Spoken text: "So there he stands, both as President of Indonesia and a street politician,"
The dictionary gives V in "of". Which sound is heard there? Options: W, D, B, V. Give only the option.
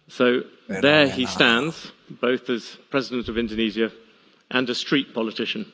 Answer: V